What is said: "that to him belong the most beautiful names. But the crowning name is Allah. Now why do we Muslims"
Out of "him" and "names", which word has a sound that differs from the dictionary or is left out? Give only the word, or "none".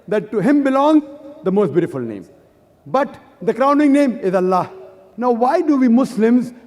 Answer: names